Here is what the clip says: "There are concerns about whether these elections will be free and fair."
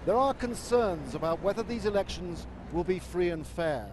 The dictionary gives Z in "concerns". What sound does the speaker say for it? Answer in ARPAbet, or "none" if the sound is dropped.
Z